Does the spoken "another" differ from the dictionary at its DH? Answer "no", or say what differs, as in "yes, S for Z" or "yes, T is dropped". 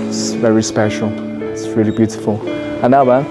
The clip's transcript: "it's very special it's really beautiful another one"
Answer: yes, DH is dropped